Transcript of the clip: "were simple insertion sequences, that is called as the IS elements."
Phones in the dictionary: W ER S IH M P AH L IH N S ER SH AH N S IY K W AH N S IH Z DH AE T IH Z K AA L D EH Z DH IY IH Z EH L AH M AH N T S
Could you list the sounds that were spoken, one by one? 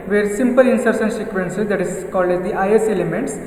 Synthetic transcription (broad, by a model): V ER S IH M P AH L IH N S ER S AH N S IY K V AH N S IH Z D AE T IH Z K AA L D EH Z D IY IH S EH L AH M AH N T S